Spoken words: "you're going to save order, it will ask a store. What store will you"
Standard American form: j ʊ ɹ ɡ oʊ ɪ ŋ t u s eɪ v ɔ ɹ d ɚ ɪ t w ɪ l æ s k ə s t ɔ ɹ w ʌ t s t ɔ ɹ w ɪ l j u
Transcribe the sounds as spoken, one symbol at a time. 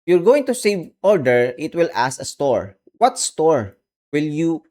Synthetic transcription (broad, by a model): j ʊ ɹ ɡ oʊ ɪ ŋ t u s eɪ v ɔ ɹ d ɚ ɪ t w ɪ l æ s ə s t ɔ ɹ w ʌ t s t ɔ ɹ w ɪ l j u